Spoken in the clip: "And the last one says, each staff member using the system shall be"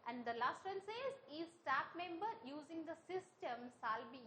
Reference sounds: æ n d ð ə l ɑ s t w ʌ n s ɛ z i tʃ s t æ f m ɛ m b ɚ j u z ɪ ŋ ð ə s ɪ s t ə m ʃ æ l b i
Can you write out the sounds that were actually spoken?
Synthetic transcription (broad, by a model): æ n d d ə l ɑ s t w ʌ n s ɛ z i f s t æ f m ɛ m b ɚ j u z ɪ ŋ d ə s ɪ s t ə m s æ l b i